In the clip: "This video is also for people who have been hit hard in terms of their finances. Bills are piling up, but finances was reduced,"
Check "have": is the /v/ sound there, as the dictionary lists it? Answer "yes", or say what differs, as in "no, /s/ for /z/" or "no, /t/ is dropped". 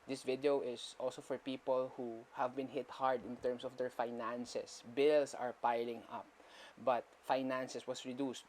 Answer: yes